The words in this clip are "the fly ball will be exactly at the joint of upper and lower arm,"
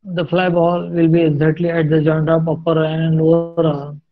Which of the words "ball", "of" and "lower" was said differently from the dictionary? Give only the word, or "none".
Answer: of